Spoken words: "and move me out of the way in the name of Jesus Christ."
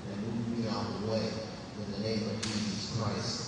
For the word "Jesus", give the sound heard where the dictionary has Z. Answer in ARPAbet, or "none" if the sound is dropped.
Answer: Z